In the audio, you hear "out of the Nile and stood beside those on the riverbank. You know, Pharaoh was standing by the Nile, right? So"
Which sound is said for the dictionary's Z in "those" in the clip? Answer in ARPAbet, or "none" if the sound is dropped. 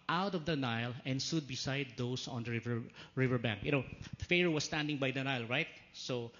S